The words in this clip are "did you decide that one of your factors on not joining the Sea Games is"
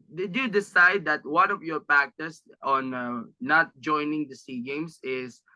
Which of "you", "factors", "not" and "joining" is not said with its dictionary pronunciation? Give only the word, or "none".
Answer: factors